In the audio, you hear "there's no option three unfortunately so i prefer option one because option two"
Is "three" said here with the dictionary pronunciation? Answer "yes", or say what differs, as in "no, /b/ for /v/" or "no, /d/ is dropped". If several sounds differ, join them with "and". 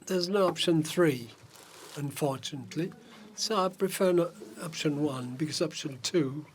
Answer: yes